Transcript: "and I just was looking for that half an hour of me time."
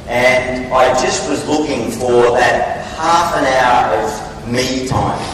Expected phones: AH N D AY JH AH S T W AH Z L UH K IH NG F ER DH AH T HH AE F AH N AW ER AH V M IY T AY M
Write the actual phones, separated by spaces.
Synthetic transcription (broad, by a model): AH N AY JH AH S T W AH Z L UH K IH NG F ER DH AH T HH AE F AH N AW ER AH V M IY T AY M